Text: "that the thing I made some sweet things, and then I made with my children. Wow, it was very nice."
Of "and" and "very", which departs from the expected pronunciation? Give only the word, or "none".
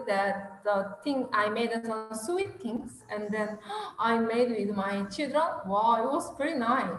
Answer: very